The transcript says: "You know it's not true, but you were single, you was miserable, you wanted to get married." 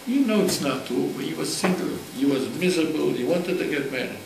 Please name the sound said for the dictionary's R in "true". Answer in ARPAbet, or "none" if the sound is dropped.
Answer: none